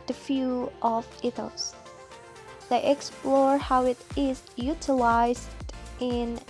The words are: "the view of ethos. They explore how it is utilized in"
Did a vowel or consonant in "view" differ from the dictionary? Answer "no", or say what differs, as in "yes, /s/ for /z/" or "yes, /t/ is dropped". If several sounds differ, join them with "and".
yes, /f/ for /v/